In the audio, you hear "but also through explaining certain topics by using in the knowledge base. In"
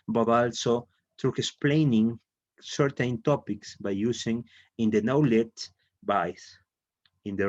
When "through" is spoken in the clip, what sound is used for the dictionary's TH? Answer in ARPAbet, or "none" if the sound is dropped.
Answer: T